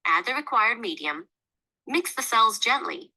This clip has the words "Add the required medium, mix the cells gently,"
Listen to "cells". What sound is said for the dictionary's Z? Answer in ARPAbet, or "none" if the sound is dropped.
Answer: Z